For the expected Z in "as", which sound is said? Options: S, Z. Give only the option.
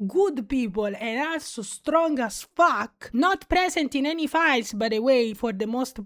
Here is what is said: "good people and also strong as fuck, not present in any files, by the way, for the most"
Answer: S